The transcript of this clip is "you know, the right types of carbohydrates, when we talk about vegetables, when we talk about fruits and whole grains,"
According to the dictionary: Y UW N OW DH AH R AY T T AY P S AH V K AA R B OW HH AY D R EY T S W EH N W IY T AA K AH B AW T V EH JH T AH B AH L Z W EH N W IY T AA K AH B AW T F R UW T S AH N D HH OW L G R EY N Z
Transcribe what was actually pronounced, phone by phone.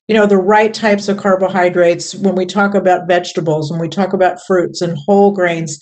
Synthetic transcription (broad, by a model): Y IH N OW DH AH R AY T T AY P S AH V K AA R B OW HH AY D R EY T S W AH N W IY T AA K AH B AW T V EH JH T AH B L Z W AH N W IY T AA K AH B AW T F R UW T S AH N HH OW L G R EY N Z